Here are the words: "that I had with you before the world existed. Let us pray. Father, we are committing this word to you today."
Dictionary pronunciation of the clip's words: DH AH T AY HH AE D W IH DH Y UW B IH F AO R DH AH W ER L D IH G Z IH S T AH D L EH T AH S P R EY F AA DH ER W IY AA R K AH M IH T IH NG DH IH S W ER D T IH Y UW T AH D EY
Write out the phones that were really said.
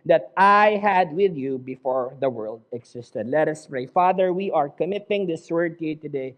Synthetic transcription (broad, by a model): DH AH T AY HH AE D W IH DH Y UW B IH F AO R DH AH W ER L D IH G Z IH S T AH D L EH T AH S P R EY F AA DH ER W IY AA R K AH M IH T IH NG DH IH S W ER D T IH Y UW T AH D EY